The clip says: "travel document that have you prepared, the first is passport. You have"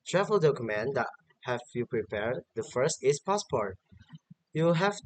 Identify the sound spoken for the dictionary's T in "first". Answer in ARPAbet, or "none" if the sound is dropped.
T